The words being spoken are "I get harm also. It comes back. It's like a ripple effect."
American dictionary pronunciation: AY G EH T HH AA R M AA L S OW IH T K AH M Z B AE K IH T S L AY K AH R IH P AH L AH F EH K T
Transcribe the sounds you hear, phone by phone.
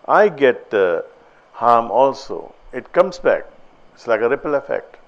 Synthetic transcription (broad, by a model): AY G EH T HH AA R M AA L S OW IH T K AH M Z B AE K IH T S L AY K AH R IH P AH L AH F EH K T